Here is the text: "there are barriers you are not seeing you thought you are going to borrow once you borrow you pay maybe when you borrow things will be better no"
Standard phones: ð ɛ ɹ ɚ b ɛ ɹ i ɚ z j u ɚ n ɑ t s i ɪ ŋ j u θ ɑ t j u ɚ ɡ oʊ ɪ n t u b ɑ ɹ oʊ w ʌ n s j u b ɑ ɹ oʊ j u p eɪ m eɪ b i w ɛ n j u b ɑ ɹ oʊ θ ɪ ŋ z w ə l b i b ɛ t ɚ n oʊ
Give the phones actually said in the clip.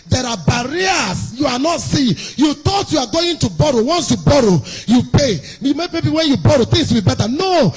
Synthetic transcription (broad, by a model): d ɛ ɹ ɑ b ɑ ɹ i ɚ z j u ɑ n ɑ t s i j u t ɑ t j u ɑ ɡ oʊ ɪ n t u b ɑ ɹ oʊ w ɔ n s j u b ɑ ɹ oʊ j u p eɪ m eɪ b i w ɛ n j u b ɑ ɹ oʊ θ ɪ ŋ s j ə b i b ɛ t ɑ n oʊ